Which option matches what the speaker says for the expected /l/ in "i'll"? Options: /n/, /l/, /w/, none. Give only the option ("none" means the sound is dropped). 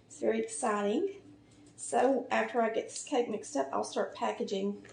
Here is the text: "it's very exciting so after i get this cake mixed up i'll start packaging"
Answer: /l/